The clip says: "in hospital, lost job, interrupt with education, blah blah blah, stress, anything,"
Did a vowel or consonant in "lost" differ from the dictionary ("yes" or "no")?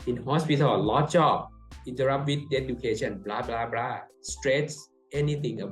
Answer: yes